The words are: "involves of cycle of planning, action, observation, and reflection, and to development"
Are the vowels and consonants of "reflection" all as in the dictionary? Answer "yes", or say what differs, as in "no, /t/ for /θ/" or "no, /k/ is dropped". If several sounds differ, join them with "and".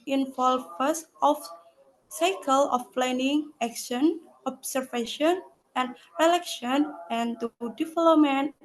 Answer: no, /f/ is dropped